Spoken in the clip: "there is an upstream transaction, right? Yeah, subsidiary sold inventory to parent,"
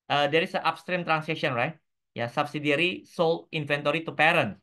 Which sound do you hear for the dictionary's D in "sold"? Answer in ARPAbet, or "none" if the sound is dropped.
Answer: none